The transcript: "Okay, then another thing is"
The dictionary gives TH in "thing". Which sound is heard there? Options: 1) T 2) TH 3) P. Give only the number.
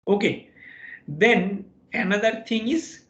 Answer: 1